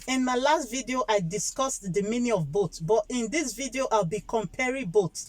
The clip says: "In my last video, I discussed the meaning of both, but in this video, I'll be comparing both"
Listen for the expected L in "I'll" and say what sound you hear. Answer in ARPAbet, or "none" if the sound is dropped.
L